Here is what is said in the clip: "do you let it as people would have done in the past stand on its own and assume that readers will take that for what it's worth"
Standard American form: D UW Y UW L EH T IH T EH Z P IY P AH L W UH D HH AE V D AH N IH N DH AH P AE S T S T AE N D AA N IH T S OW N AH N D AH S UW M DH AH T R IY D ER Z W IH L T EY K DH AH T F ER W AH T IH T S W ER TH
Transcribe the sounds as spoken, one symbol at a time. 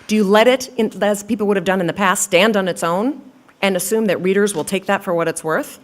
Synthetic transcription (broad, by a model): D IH Y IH L EH T IH T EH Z P IY P L W UH D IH V D AH N IH N DH AH P AE S T S T AE N D N IH T S OW N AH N AH S UW M DH AH T R IY D ER Z W IH L T EY K DH AH T F ER W AH T IH T S W ER TH